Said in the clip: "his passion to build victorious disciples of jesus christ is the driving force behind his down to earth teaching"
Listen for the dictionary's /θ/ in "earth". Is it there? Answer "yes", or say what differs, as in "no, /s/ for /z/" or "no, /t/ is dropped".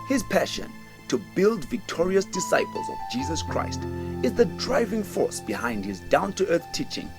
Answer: yes